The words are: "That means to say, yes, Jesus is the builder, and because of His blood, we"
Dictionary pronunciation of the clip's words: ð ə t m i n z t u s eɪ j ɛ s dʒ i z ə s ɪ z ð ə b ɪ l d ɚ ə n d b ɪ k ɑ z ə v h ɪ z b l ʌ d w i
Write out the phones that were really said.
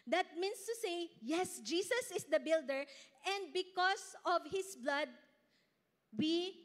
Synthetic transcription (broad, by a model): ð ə t m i n s t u s eɪ j ɛ s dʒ i s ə s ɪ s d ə b ɪ l d ɚ ə n d b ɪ k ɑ s ə v h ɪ s b l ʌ d w i